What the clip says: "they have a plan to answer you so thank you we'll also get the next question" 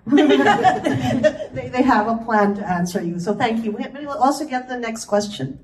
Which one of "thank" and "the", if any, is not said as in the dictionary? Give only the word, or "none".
none